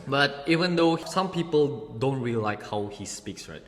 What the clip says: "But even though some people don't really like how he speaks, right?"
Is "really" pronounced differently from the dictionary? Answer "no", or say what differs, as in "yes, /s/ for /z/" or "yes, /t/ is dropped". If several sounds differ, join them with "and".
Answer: yes, /l/ is dropped